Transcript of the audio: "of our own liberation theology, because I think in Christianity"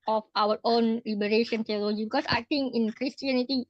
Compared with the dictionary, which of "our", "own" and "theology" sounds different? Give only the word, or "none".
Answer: theology